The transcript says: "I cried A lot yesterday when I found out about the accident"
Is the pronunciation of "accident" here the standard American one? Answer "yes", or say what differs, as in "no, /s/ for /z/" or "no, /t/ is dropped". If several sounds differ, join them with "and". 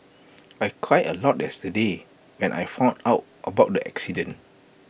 no, /t/ is dropped